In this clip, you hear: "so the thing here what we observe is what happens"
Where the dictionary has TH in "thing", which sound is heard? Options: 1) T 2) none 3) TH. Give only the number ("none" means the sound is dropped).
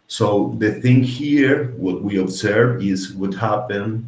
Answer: 3